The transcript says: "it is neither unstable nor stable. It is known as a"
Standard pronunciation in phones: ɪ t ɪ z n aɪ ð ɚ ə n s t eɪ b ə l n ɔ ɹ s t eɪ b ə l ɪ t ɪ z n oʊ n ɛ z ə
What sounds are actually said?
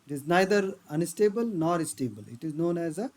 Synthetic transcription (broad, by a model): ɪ t ɪ z n aɪ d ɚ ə n s t eɪ b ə l n ɔ ɹ s t eɪ b ə l ɪ t ɪ z n oʊ n ɛ z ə